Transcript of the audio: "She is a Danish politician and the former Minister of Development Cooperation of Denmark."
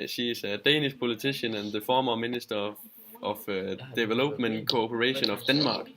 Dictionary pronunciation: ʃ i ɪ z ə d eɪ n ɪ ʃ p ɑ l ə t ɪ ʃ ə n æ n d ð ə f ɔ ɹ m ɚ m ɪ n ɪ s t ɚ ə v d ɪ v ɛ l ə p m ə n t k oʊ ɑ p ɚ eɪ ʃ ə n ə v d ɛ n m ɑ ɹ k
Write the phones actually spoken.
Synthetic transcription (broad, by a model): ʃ i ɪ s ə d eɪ n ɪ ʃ p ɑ l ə s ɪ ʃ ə n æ n ð ə f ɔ m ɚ m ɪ n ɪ s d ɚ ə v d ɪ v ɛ l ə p m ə n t k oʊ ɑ p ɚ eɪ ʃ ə n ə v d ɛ n m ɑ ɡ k